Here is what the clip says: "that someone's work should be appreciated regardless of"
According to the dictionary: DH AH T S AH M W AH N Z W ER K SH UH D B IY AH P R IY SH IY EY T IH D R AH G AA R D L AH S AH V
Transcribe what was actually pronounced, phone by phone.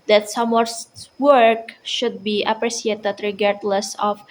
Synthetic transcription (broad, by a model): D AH T S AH M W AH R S W ER K SH UH D B IY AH P R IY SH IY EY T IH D R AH G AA R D L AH S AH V